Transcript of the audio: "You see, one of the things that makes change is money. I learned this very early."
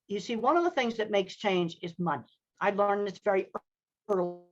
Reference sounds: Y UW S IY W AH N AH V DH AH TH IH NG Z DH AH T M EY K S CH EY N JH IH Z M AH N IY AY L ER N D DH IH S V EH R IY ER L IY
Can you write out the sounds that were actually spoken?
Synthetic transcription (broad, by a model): Y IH S IY W AH N AH V DH AH TH IH NG Z DH AH T M EY K S CH EY N JH IH Z M AH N IY AY L ER N DH IH S V EH R IY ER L